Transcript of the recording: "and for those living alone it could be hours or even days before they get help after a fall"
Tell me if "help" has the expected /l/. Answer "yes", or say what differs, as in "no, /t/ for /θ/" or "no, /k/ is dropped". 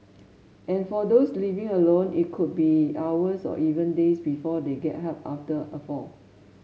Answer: no, /l/ is dropped